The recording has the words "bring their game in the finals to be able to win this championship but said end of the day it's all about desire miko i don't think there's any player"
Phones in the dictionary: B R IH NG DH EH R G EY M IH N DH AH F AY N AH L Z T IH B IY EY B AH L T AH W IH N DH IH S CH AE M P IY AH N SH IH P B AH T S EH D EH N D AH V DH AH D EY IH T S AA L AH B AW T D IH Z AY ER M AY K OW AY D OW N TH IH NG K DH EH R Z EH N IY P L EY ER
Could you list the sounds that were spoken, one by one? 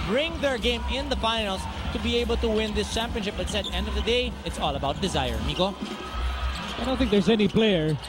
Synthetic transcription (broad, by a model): B R IH NG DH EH R G EY M IH N DH AH F AY N L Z T IH B IY EY B L T AH W IH N DH IH S CH AE M P IY AH N SH IH P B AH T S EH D EH N D AH V DH AH D EY IH T S AA L AH B AW T D IH Z AY ER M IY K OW AY D OW N TH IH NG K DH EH R Z EH N IY P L EY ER